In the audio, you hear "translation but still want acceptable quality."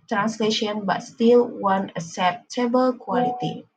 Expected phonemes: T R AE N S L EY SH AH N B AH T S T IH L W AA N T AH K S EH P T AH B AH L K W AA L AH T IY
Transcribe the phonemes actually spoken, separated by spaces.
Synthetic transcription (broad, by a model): T R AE N S L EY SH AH N B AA T S T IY L W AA N AH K S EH P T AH B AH L K W AA L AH T IY